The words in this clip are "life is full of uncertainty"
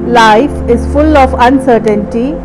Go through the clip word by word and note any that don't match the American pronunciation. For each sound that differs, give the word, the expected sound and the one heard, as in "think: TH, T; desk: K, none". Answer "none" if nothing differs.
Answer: none